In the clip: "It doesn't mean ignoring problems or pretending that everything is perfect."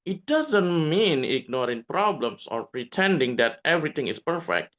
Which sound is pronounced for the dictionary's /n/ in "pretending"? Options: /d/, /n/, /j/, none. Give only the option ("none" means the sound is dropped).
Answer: /n/